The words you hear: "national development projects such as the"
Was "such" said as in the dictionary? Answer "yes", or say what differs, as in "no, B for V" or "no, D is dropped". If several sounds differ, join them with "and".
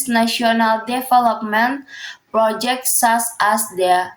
no, S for CH